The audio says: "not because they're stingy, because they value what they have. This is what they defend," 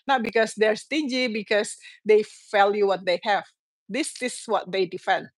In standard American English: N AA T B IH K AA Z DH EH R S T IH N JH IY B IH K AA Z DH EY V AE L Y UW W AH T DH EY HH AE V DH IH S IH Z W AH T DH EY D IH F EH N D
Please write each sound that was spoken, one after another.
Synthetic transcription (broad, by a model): N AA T B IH K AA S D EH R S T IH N JH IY B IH K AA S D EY F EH L Y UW W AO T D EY HH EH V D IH S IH S W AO T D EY D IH F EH N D